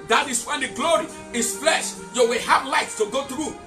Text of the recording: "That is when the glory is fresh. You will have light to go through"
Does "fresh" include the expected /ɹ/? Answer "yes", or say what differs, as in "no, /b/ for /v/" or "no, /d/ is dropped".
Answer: no, /l/ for /ɹ/